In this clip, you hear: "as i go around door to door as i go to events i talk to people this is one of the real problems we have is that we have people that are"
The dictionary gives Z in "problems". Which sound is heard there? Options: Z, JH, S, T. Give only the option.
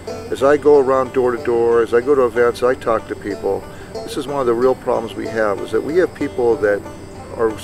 Z